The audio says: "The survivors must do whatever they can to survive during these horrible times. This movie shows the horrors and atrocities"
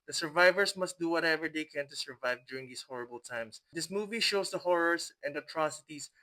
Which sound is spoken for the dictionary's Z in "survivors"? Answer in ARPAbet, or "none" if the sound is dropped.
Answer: S